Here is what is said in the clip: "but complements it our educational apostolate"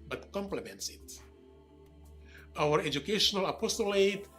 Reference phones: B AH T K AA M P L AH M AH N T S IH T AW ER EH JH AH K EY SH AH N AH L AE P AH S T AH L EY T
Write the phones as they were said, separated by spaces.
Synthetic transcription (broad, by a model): B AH T K AA M P L AH M AH N T S IH T AW ER EH JH AH K EY SH AH N AH L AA P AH S T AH L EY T